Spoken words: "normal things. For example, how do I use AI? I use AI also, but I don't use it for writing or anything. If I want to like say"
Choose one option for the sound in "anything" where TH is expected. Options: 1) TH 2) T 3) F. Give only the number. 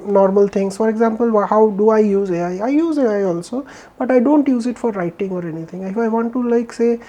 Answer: 2